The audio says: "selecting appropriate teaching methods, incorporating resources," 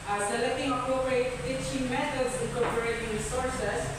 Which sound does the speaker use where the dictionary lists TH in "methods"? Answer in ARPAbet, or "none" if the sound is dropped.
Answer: T